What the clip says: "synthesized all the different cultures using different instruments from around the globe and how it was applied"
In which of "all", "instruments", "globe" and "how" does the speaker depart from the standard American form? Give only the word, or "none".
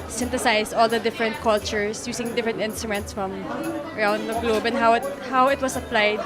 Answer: none